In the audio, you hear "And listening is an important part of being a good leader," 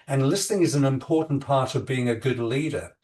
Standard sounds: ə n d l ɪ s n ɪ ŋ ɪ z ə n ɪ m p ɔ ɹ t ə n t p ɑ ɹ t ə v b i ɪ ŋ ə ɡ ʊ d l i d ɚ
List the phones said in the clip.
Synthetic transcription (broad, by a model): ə n l ɪ s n ɪ ŋ ɪ z n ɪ m p ɔ ɹ t n p ɑ ɹ t ə v b i ɪ ŋ ə ɡ ʊ d l i d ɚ